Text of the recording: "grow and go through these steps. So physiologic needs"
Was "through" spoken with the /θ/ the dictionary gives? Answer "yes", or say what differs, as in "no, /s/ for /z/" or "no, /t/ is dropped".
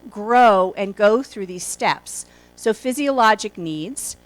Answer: yes